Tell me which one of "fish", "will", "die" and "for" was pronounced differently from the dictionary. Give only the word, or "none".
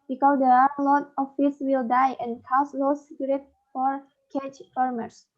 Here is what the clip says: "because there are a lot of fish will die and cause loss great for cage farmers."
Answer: fish